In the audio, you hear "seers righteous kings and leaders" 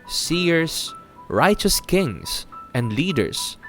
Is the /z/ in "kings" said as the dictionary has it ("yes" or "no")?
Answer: no